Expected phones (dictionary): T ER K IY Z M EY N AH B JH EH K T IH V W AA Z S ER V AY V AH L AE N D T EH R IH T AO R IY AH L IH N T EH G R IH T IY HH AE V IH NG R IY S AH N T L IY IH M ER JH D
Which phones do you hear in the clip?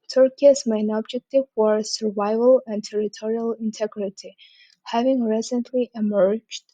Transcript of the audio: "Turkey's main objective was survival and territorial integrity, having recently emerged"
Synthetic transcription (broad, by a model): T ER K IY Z M EY N AH B JH EH K T IH V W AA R S ER V AY V AH L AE N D T EH R IH T AO R IY AH L IH N T EH G R IH T IY HH AE V IH NG R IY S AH N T L IY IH M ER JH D